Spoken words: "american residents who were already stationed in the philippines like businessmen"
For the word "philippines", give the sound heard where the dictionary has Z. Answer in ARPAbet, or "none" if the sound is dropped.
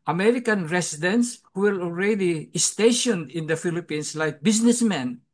S